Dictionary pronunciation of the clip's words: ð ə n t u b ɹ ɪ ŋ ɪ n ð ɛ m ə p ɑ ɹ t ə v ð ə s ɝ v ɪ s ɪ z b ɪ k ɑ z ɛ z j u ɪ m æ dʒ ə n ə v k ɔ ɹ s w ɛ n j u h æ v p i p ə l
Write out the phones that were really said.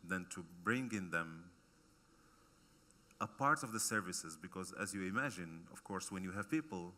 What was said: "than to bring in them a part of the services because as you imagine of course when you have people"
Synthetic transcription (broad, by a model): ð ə n t u b ɹ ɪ ŋ ɪ n ð ɛ m ə p ɑ ɹ t ə v ð ə s ɝ v ɪ s ɪ z b ɪ k ɑ z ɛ z j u ɪ m æ dʒ ə n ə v k ɔ ɹ s w ɛ n j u h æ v p i p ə l